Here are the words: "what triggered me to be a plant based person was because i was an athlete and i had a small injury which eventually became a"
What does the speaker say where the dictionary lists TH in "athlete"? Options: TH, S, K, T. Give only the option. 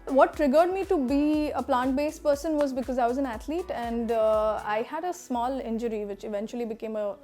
T